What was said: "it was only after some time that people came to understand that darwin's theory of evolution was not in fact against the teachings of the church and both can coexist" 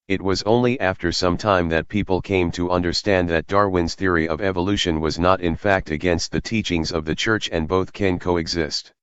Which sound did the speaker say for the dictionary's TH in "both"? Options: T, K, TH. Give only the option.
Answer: TH